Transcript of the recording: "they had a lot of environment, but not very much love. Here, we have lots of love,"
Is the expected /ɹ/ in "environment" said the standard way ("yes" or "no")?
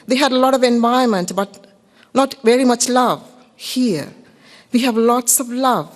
no